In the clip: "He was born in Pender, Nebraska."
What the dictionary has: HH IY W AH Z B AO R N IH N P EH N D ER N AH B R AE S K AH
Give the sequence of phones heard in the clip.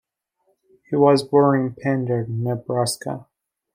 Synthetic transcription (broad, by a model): HH IY W AH Z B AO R IH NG P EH N D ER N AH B R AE S K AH